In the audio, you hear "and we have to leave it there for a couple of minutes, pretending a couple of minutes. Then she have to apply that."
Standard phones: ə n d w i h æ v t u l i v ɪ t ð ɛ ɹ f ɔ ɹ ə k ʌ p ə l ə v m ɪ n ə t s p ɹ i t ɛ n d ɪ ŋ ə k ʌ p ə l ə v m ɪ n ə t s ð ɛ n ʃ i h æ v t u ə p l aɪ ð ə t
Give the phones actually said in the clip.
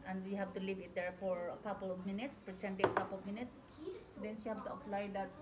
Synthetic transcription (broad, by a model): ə n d w i h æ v t u l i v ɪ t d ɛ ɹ f ɔ ɹ ə k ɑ p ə l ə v m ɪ n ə t s p ɹ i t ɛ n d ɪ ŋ ə k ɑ p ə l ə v m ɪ n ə t s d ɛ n s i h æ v t u ə p l aɪ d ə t